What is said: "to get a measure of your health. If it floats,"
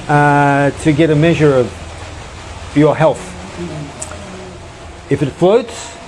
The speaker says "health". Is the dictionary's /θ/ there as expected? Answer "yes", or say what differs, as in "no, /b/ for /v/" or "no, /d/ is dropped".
yes